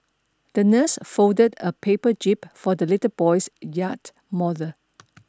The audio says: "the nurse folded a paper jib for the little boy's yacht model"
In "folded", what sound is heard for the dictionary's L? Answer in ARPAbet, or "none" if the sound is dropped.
none